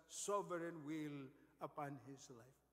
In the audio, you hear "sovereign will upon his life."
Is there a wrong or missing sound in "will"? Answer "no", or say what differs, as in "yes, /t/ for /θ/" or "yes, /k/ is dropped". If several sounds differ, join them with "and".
no